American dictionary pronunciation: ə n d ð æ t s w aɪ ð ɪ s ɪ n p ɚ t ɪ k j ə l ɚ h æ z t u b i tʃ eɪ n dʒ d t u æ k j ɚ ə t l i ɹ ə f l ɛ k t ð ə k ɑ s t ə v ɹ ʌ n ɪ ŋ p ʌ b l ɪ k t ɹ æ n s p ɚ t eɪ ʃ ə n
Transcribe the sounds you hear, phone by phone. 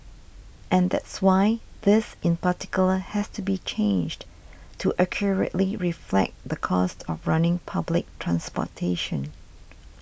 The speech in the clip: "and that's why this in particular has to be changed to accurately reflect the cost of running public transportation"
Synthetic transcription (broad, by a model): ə n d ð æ t s w aɪ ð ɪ s ɪ n p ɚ t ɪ k j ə l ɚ h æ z t u b i tʃ eɪ n dʒ d t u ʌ k j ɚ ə t l i ɹ ə f l ɛ k t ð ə k ɑ s t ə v ɹ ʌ n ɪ ŋ p ʌ b l ɪ k t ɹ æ n s p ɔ t eɪ ʃ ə n